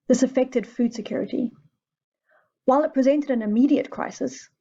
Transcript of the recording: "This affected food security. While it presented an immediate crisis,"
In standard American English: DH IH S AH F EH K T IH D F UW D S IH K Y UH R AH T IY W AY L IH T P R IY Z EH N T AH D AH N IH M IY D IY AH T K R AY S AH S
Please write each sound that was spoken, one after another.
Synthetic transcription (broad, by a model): DH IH S AH F EH K T IH D F UW D S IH K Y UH R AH T IY W AY L IH T P R IY Z EH N T AH D AH N IH M IY D IY AH T K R AY S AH S